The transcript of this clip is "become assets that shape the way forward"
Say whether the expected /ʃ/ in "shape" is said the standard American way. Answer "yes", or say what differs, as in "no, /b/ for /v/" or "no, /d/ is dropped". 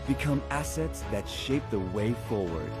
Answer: yes